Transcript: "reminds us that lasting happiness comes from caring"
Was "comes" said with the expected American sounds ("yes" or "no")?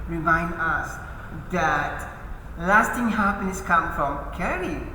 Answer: no